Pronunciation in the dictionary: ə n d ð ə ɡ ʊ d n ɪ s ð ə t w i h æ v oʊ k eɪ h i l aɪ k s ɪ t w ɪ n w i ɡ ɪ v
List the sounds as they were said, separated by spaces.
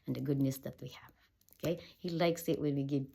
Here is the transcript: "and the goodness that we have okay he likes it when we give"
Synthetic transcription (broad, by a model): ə n ð ə ɡ ʊ d n ɪ s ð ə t w i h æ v oʊ k eɪ h i l aɪ k s ɪ t w ɪ n w i ɡ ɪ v